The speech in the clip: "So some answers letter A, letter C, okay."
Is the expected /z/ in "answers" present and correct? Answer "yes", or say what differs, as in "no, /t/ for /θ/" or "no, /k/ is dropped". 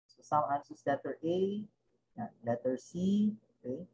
no, /s/ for /z/